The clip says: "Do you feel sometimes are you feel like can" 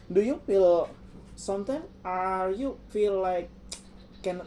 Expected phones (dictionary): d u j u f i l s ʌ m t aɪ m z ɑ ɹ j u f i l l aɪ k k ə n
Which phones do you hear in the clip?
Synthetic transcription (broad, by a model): d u j u f i l s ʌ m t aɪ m ɑ ɹ j u f i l l aɪ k k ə n